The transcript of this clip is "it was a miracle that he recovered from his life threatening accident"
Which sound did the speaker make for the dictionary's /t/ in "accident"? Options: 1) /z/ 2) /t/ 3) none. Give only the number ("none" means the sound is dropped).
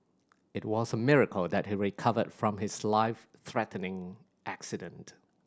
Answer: 2